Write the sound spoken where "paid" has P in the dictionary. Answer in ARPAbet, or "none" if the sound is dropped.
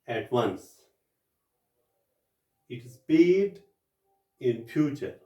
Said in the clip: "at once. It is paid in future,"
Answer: B